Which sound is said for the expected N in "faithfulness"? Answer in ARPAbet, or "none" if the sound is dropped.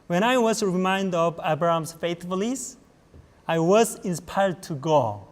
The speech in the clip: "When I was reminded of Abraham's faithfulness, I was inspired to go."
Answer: none